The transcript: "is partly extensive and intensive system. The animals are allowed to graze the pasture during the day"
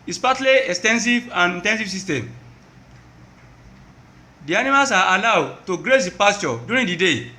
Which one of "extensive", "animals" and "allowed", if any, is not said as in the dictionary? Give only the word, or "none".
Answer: animals